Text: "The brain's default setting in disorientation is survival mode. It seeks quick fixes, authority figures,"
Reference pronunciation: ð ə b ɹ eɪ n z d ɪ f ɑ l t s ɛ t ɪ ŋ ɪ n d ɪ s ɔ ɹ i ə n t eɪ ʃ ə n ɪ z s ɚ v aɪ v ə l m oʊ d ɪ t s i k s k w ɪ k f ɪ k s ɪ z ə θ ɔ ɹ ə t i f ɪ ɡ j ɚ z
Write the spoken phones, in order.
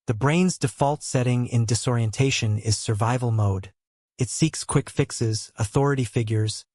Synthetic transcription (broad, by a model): ð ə b ɹ eɪ n z d ɪ f ɑ l t s ɛ t ɪ ŋ ɪ n d ɪ s ɔ ɹ i ə n t eɪ ʃ ə n ɪ z s ɚ v aɪ v l m oʊ d ɪ t s i k s k w ɪ k f ɪ k s ɪ z ə θ ɔ ɹ ə t i f ɪ ɡ j ɚ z